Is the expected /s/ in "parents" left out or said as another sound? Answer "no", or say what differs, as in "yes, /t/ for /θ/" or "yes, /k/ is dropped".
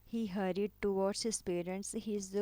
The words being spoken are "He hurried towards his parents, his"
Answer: no